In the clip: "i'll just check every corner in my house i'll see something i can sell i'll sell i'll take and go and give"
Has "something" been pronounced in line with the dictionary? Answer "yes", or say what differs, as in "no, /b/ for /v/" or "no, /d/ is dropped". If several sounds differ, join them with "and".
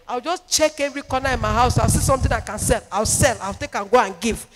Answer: no, /t/ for /θ/